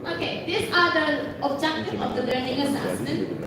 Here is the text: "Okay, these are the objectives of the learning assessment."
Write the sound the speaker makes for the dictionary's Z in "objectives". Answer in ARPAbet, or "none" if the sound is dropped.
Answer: none